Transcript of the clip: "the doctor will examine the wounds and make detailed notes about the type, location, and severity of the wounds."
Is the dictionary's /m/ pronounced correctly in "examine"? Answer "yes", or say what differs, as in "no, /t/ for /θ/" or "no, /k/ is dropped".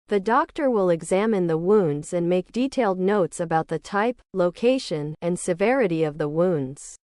yes